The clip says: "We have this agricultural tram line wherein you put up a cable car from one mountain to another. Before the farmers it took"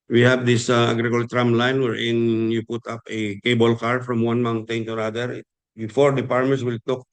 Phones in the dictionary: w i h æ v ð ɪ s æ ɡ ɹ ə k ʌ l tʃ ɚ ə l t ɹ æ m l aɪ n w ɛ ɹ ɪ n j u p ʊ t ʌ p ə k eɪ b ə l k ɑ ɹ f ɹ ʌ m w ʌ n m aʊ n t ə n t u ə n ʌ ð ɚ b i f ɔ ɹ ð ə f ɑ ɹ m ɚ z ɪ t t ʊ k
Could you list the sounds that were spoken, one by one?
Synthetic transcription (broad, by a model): w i h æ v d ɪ s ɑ ɡ ɹ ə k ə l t ɹ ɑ m l aɪ n w ɛ ɹ ɪ n j u p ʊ t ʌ p ə k eɪ b ə l k ɑ ɹ f ɹ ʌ m w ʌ n m aʊ n t ə n t u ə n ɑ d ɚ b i f ɔ ɹ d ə p ɑ ɹ m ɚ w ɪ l t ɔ k